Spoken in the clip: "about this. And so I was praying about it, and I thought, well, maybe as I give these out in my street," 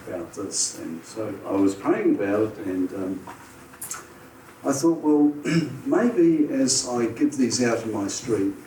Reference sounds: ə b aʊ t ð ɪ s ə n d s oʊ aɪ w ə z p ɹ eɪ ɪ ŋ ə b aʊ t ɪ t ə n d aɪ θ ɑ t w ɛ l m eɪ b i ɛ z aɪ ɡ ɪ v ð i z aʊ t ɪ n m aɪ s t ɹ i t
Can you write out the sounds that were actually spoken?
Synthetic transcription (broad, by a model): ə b aʊ t ð ɪ s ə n s oʊ aɪ w ə z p eɪ ɪ ŋ ə b aʊ t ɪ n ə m aɪ θ ɑ t w ɛ l m eɪ b i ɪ z aɪ ɡ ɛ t ð i z aʊ t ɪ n m aɪ s t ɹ i t